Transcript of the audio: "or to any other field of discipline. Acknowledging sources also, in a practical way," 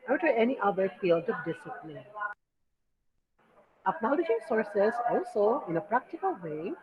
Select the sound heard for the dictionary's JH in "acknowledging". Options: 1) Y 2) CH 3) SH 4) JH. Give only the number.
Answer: 3